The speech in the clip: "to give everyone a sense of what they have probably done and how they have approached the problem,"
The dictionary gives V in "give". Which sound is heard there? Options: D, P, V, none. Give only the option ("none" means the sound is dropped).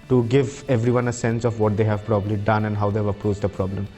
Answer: V